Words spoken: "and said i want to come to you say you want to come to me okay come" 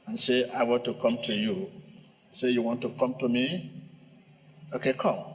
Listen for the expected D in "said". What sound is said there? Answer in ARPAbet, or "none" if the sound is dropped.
none